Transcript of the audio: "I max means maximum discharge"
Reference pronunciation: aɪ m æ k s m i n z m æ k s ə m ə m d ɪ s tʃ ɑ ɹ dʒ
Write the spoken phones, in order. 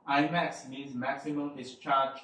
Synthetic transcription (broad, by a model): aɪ m æ k s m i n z m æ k s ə m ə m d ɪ s tʃ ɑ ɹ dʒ